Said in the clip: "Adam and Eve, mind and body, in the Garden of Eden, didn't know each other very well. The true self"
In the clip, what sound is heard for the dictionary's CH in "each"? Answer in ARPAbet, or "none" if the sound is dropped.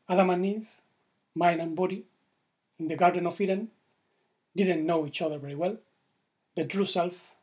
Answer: CH